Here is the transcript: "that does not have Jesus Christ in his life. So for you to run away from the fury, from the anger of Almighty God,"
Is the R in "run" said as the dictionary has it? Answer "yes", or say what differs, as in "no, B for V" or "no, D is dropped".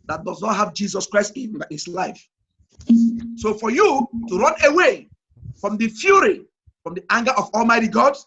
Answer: yes